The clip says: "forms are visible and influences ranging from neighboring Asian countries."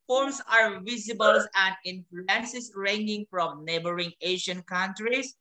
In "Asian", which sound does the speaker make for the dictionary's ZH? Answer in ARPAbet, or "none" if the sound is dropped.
SH